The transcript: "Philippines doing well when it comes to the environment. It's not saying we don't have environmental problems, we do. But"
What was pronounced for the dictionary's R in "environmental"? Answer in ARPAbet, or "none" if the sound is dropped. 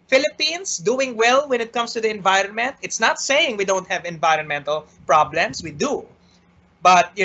R